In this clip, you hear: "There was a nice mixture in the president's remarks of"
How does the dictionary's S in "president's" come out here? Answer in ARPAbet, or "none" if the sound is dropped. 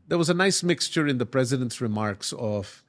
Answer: S